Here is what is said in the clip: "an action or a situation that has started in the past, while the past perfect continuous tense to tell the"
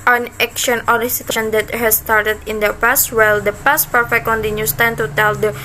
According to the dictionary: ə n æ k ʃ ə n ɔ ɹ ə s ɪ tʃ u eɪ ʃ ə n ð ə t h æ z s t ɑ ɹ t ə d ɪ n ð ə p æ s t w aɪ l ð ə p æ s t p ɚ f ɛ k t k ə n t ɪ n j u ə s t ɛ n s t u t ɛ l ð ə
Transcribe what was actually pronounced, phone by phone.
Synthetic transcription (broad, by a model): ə n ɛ k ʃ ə n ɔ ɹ ə s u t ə n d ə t h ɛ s t ɑ ɹ t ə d ɪ n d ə p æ s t w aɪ l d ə p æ s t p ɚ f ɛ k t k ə n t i n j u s t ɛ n t u t ɛ l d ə